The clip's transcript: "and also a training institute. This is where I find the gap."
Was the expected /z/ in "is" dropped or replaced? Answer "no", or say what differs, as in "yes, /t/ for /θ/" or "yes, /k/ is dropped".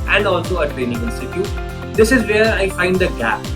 no